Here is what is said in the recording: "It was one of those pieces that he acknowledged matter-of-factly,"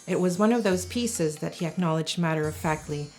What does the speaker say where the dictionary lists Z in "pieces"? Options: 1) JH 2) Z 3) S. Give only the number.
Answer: 2